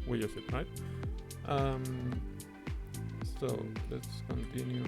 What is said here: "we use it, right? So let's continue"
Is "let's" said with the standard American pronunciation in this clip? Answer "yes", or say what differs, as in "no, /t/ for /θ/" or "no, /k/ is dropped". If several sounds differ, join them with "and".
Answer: yes